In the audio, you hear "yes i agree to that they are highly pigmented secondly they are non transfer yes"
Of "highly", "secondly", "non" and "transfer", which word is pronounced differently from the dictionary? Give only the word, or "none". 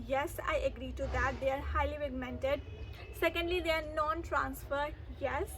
none